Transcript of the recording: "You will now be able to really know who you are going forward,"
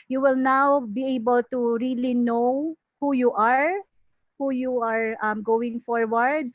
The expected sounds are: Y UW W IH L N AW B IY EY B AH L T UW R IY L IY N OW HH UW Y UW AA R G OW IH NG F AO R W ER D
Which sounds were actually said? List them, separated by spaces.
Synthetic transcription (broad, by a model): Y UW W IH L N AW B IY EY B AH L T UW R IY L IY N OW HH UW Y UW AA R G OW IH NG F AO R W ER D